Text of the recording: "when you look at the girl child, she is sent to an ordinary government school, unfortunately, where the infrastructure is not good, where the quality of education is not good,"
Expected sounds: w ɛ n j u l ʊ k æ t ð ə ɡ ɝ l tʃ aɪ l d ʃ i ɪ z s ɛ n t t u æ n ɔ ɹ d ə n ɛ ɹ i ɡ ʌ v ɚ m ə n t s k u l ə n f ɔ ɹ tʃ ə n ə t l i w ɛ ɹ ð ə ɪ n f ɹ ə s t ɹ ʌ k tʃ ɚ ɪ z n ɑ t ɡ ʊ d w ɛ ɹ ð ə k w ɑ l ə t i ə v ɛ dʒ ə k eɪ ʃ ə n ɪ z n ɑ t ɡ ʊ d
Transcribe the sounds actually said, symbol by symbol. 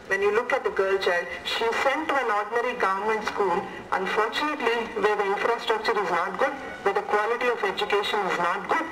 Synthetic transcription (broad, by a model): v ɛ n j u l ʊ k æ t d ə ɡ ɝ l tʃ aɪ l d ʃ i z s ɛ n t t u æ n ɔ ɹ d n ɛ ɹ i ɡ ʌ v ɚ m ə n t s k u l ə n f ɔ ɹ tʃ ə n ə t l i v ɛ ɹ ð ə ɪ n f ɹ ə s t ɹ ʌ k tʃ ɚ ɪ z n ɑ t ɡ ʊ d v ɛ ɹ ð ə k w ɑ l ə t i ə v ɛ dʒ ə k eɪ ʃ ə n ɪ z n ɑ t ɡ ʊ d